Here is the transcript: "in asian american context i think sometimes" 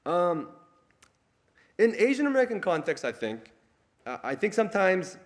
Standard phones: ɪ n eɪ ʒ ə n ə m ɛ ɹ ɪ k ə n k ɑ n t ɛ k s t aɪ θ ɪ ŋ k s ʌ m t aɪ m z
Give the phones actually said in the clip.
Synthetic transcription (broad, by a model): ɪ n eɪ ʒ ə n ə m ɛ ɹ ɪ k ə n k ɑ n t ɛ k s t aɪ θ ɪ ŋ k s ʌ m t aɪ m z